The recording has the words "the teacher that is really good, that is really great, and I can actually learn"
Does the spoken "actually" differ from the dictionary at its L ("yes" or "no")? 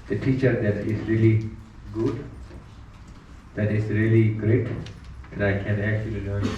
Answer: yes